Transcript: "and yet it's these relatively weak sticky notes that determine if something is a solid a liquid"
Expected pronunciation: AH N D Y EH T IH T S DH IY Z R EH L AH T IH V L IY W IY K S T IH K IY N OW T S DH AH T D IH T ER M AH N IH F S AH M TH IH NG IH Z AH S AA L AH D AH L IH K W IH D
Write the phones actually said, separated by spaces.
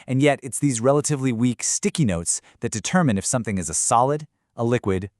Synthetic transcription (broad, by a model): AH N Y EH T IH T S DH IY Z R EH L AH T IH V L IY W IY K S T IH K IY N OW T S DH AH T D IH T ER M AH N IH F S AH M TH IH NG IH Z AH S AA L AH D AH L IH K W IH D